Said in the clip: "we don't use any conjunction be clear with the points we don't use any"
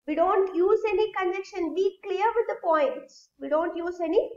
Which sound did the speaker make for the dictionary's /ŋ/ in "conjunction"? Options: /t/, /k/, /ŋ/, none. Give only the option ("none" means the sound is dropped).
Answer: none